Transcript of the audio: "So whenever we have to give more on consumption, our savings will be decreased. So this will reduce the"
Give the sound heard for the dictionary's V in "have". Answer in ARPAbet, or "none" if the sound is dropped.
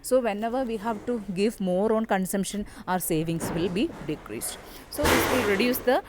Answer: V